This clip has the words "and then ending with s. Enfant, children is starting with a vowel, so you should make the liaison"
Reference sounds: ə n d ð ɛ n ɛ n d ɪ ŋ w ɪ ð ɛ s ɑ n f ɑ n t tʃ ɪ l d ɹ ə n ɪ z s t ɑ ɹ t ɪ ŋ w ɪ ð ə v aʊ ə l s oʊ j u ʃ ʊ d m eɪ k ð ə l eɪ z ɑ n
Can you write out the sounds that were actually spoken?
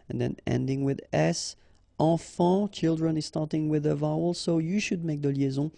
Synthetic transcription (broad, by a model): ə n ð ɛ n ɛ n d ɪ ŋ w ɪ ð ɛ s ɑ f ɑ tʃ ɪ l d ɹ ə n ɪ z s t ɑ ɹ t ɪ ŋ w ɪ ð ə v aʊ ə l s oʊ j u ʃ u d m eɪ k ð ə l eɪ z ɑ